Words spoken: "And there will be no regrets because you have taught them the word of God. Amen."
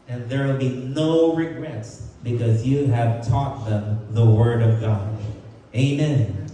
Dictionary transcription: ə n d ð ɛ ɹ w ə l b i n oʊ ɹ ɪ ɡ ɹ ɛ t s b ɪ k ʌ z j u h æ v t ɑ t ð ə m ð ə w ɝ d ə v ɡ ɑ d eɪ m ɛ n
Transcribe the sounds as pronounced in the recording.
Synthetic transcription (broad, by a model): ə n ð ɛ ɹ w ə l b i n oʊ ɹ ɪ ɡ ɹ ɛ t s b ɪ k ʌ z j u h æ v t ɑ t ð ə m ð ə w ɝ d ə v ɡ ɑ d eɪ m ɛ n